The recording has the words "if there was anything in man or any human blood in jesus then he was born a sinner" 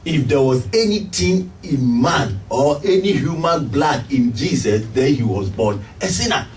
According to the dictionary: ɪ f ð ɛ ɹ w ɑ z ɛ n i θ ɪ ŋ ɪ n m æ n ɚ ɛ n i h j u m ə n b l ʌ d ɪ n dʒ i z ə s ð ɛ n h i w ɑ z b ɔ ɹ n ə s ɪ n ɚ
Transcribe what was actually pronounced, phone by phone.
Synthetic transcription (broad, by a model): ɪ f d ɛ w ɑ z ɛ n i t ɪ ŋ ɪ n m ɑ n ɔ ɛ n i h j u m ə n b l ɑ d ɪ n dʒ i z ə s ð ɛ n h i w ɑ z b ɔ n ə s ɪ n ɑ